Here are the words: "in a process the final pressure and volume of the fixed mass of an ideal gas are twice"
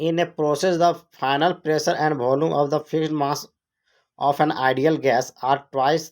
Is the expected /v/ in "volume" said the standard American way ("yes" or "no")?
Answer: no